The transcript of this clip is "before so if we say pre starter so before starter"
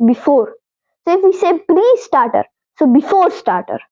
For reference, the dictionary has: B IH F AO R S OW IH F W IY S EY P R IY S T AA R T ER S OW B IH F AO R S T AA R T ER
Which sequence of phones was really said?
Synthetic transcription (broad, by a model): B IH F AO R S OW IH F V IY S EY P L IY S T AA R T ER S OW B IH F AO R S T AA R T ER